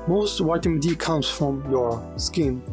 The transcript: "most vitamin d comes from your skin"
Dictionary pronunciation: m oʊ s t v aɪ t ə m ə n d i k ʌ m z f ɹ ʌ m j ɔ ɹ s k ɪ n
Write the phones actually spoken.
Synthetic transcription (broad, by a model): m oʊ s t w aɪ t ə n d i k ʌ m s f ɹ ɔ m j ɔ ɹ s k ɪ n